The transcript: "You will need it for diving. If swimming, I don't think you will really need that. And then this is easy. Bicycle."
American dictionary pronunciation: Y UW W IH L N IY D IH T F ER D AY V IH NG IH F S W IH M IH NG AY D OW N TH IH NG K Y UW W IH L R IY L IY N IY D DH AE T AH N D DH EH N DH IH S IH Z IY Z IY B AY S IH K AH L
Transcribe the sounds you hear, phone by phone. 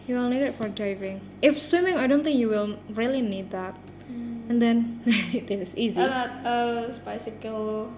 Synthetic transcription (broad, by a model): Y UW W IH L N IY D IH T F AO D AY V IH NG IH F S W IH M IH NG AY D OW N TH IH NG K Y UW W IH L R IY L IY N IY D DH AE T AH N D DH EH N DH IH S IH S IY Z IY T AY S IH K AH L